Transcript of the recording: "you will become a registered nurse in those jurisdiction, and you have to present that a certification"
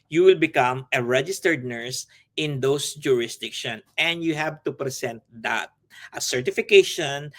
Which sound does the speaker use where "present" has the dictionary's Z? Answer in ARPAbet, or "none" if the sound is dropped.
S